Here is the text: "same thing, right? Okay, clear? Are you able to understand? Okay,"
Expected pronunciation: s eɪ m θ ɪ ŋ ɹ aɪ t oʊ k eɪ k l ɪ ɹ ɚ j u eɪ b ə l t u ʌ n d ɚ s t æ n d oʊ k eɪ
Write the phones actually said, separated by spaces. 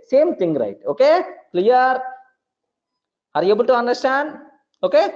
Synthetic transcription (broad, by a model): s eɪ m t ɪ ŋ ɹ aɪ t oʊ k eɪ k l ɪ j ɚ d eɪ b ə l t u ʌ n d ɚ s t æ n d oʊ k eɪ